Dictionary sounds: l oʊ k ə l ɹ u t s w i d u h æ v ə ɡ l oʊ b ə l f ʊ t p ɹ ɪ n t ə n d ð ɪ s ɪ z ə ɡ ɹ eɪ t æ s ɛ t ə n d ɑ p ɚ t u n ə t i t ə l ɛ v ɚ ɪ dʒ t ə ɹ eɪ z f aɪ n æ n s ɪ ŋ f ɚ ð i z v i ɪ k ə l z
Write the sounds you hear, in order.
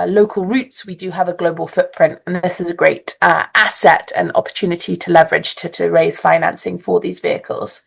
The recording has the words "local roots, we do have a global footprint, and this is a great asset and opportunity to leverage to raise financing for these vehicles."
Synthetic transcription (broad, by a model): l oʊ k ə l ɹ u t s w i d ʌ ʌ v ə ɡ l oʊ b ə l f ʊ t p ɹ ɪ n t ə n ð ð ɪ s ɪ z ə ɡ ɹ eɪ t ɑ s ɛ t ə n ɑ p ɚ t u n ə t i t ə l ɛ v ɚ ɪ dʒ t ə ɹ eɪ z f aɪ n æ n s ɪ ŋ f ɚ ð i z v i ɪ k ə l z